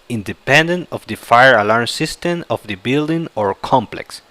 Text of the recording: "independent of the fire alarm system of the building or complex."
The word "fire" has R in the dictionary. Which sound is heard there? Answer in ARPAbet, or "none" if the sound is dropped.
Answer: R